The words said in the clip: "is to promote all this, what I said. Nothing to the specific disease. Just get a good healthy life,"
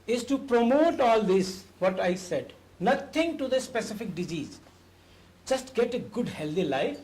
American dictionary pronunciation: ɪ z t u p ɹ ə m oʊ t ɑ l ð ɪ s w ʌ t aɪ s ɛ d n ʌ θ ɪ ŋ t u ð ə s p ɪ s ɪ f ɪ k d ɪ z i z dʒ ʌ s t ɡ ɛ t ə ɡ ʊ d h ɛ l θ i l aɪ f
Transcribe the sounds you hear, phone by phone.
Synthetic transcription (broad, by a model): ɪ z t u p ɹ ə m oʊ t ɑ l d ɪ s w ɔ t aɪ s ɛ d n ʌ t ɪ ŋ t u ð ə s p ɪ s ɪ f ɪ k d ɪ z i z dʒ ʌ s t ɡ ɛ t ə ɡ ʊ d h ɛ l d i l aɪ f